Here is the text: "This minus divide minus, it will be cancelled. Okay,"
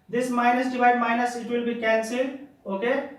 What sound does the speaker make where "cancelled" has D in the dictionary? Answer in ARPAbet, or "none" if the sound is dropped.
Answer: none